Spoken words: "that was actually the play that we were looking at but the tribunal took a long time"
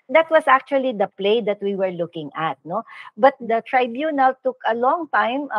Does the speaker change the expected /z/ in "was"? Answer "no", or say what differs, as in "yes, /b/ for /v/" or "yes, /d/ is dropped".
yes, /s/ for /z/